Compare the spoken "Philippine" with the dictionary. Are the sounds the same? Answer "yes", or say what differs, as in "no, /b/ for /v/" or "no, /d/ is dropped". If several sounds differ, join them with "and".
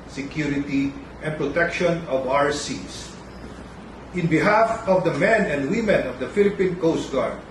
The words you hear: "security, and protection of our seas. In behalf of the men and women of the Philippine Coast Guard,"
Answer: yes